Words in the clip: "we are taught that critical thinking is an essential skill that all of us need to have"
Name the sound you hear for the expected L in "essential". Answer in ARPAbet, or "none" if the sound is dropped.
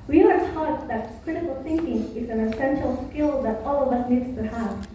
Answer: L